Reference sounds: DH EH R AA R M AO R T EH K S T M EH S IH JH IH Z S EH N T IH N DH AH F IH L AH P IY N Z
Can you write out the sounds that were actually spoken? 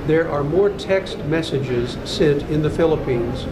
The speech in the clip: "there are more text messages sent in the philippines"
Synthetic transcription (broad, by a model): DH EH R AA R M AO R T EH K S T M EH S IH JH IH Z S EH T IH N DH AH F IH L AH P IY N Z